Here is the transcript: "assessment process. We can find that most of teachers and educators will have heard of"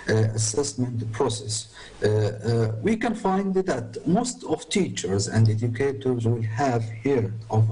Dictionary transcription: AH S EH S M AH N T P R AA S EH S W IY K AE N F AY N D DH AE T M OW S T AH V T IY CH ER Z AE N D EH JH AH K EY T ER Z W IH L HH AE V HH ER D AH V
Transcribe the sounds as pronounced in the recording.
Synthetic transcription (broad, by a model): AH S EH S M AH N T P R AA S EH S W IY K AE N F AY N D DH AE T M OW S T AH V T IY CH ER Z AE N D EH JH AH K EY T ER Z W IH L HH AE V HH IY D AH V